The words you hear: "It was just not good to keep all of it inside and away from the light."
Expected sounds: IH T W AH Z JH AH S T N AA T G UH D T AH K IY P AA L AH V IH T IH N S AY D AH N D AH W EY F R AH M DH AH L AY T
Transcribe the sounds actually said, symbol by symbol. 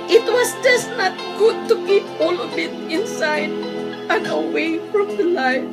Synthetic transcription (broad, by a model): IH T W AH S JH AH S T N AA T G UH D T AH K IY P AA L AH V IH T IH N S AY D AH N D AH W EY F R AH M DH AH L AY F